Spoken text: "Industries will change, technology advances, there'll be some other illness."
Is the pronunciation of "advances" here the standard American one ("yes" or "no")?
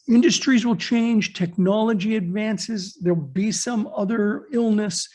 yes